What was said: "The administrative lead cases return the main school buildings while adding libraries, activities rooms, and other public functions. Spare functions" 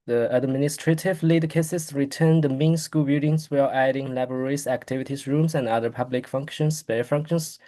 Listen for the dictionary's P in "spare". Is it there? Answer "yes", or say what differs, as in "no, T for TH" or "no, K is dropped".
no, B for P